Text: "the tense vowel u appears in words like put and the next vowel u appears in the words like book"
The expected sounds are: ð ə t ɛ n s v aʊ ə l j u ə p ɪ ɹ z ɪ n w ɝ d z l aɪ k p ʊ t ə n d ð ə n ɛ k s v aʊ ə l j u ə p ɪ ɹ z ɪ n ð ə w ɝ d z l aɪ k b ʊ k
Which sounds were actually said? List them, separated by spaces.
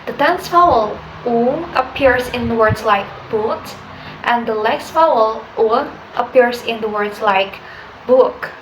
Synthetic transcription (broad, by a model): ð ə t ɛ n s f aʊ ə l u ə p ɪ ɹ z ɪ n w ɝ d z l aɪ k b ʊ t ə n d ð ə l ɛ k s f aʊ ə l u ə p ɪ ɹ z ɪ n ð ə w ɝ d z l aɪ k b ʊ k